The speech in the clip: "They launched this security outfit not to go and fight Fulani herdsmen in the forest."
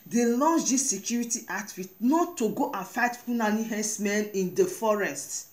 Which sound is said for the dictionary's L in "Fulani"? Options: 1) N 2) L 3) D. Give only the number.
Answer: 1